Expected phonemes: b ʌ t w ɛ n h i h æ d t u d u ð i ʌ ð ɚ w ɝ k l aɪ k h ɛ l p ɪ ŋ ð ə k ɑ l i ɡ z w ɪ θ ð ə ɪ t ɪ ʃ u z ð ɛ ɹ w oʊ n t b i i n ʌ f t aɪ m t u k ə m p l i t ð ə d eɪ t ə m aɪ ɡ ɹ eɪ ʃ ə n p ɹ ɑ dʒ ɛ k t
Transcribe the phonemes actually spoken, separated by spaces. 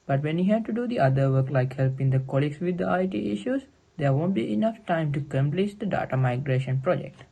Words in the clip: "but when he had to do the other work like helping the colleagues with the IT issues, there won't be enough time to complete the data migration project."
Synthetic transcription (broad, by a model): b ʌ t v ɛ n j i h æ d t u d u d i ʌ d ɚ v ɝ k l aɪ k h ɛ l p ɪ ŋ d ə k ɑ l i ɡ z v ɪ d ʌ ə ɪ t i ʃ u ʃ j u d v oʊ n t b i i n ʌ f t aɪ m t u k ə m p l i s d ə d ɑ t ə m aɪ ɡ ɹ eɪ ʃ ə n p ɹ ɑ dʒ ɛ k t